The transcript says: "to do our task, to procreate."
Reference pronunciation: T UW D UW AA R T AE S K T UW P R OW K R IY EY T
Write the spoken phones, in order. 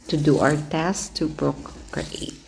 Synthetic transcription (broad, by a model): T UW D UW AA W T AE S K T UW P R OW K R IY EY T